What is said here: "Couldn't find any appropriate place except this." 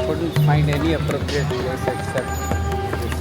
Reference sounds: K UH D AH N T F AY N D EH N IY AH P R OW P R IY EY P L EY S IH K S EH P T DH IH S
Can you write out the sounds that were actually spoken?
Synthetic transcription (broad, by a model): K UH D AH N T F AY N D EH N IY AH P R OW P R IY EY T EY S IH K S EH T